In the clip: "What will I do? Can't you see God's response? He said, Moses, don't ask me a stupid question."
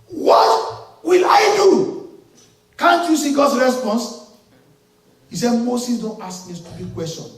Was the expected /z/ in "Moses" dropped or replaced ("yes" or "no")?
yes